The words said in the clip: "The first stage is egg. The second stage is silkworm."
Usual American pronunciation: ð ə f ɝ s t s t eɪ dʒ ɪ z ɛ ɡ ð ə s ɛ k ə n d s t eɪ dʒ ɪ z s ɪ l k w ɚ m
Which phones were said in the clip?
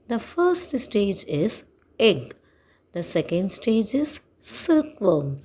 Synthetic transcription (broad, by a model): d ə f ɝ s t s t eɪ dʒ ɪ z ɛ ɡ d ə s ɛ k ə n d s t eɪ dʒ ɪ z s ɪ l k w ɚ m